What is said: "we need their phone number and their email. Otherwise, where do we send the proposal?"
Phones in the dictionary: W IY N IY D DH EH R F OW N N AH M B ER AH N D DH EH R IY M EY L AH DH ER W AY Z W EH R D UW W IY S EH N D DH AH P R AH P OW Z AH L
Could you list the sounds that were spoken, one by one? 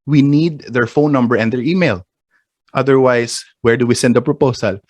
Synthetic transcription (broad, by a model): W IY N IY D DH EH R F OW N N AH M B ER AH N D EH R IY M EY L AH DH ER W AY S W EH R D UW W IY S EH N D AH P R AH P OW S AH L